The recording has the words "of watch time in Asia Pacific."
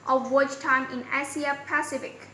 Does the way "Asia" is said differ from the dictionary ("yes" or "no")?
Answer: yes